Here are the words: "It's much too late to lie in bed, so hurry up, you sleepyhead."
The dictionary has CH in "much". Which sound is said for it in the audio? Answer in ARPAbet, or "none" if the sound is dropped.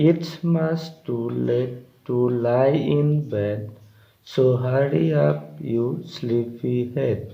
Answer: S